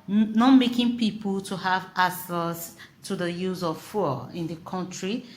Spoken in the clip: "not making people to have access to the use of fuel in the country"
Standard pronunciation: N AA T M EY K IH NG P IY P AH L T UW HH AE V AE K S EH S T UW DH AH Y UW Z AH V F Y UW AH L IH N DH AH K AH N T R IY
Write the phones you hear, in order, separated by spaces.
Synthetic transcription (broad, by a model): N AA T M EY K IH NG P IY P AH L T UW HH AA V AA S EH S T UW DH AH Y UW Z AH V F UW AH IH N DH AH K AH N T R IY